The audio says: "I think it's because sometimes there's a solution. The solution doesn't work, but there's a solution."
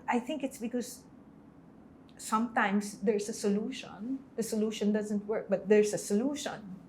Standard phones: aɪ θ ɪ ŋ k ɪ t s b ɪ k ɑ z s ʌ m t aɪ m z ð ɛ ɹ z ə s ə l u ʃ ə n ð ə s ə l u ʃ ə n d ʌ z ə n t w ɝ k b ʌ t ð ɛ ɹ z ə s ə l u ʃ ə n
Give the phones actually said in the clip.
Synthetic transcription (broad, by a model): aɪ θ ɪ ŋ k ɪ t s b ɪ k ɑ z s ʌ m t aɪ m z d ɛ ɹ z ə s ə l u ʃ ə n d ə s ə l u ʃ ə n d ʌ z ə n t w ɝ k b ʌ t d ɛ ɹ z ə s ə l u ʃ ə n